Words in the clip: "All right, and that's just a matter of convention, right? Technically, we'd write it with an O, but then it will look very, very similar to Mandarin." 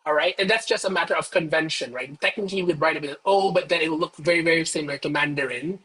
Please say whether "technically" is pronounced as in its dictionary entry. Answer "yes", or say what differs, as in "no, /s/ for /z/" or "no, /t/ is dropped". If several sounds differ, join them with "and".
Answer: no, /l/ is dropped